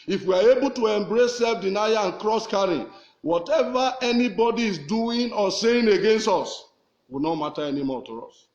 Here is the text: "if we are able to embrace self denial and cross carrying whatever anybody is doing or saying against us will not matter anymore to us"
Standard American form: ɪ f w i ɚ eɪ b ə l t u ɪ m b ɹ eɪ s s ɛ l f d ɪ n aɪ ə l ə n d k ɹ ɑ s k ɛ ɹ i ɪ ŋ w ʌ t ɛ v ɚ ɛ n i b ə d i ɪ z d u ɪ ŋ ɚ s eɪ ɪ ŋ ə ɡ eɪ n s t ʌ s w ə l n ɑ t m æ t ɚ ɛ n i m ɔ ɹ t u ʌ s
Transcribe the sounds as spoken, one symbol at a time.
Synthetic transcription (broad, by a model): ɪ f w i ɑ eɪ b ə l t u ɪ m b ɹ eɪ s s ɛ l f d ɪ n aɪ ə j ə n k ɹ ɑ s k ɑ ɹ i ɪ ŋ w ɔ t ɛ v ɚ ɛ n i b ə d i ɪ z d u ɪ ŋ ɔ s eɪ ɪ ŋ ə ɡ eɪ n s t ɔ s w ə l n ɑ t m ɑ t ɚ ɛ n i m ɔ t u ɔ s